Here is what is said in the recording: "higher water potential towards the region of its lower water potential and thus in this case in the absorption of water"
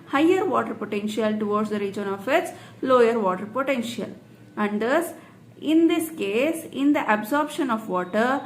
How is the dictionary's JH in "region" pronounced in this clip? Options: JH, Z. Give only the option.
JH